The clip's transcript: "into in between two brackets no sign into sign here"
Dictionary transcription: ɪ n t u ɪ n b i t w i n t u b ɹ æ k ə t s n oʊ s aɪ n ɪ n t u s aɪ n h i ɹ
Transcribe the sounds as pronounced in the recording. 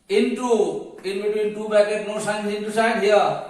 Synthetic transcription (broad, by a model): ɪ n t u ɪ n b i t w i n t u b æ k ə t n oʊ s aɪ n ɪ n t u s aɪ n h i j